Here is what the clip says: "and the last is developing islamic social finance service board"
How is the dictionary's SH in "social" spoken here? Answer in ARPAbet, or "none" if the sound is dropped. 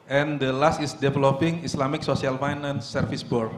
S